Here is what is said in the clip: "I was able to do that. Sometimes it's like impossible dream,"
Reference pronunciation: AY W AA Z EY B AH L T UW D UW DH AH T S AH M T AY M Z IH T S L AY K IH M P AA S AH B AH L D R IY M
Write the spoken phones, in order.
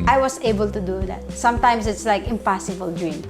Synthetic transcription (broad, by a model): AY W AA S EY B AH L T UW D UW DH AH T S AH M T AY M S IH T S L AY K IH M P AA S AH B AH L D R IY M